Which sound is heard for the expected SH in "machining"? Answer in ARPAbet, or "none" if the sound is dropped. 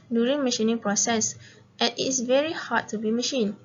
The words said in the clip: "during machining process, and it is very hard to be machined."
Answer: SH